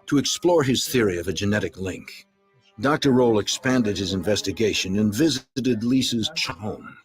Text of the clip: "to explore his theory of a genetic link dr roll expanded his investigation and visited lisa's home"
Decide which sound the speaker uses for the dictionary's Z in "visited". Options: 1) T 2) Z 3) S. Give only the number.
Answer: 2